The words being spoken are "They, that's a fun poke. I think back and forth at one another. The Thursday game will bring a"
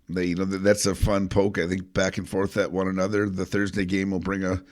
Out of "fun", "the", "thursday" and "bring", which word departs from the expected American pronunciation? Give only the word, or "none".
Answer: none